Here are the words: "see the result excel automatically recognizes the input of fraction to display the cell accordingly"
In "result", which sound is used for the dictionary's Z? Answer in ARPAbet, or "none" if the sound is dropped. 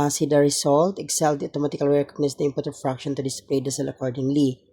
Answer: S